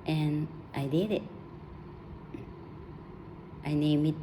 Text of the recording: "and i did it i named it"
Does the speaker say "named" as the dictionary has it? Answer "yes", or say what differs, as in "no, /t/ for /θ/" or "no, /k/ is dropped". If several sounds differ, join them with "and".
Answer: no, /d/ is dropped